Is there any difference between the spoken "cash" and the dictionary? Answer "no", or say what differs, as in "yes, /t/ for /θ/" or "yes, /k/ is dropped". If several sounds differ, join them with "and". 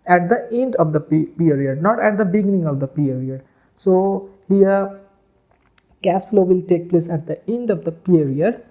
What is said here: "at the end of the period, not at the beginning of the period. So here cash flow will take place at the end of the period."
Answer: yes, /s/ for /ʃ/